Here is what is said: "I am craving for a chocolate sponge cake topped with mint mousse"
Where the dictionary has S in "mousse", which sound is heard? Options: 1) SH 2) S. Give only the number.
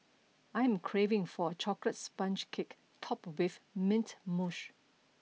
1